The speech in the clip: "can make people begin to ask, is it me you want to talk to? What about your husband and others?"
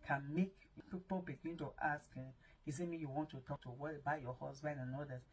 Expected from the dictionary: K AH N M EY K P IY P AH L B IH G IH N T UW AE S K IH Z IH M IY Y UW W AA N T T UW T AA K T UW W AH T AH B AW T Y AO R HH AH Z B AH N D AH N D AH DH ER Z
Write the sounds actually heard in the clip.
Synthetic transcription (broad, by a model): K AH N M EY K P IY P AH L B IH G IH N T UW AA S K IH S IH M IY Y UW W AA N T T UW T AA K T UW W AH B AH IH Y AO HH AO S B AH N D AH N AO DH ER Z